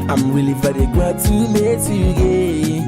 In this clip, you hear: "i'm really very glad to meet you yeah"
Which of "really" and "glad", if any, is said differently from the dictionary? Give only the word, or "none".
glad